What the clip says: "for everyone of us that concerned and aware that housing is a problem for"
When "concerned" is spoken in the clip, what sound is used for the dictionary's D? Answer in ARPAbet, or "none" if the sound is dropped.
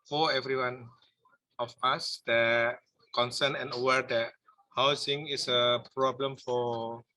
none